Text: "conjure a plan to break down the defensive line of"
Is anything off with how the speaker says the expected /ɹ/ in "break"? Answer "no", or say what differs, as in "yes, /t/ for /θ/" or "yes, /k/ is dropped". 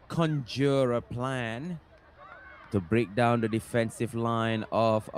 no